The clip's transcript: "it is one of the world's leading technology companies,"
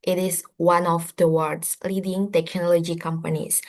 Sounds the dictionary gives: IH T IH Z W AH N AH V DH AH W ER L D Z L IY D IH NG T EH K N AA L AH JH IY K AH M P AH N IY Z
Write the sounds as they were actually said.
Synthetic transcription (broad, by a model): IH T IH S W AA N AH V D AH W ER D S L IY D IH NG T EH K N AA L AH JH IY K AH M P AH N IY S